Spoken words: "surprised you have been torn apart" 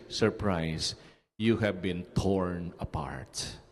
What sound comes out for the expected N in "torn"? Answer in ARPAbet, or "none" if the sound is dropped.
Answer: N